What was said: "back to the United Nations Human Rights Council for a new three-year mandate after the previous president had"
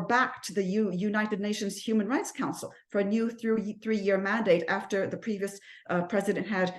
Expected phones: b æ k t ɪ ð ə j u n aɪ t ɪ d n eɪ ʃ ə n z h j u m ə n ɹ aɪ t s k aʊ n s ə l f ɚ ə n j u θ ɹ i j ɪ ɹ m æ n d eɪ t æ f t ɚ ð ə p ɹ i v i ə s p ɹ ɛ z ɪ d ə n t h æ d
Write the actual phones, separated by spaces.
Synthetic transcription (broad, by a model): b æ k t ɪ ð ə j u n aɪ t ɪ d n eɪ ʃ ə n z h j u m ə n ɹ aɪ t s k aʊ n s l f ɚ ə n j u θ ɹ i j ɪ ɹ m æ n d eɪ t æ f t ɚ ð ə p ɹ i v i ə s p ɹ ɛ z ɪ d ə n t h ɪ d